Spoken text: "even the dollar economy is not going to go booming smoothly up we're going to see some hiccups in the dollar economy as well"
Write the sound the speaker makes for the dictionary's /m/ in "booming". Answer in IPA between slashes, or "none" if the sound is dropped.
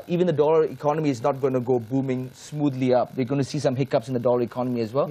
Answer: /m/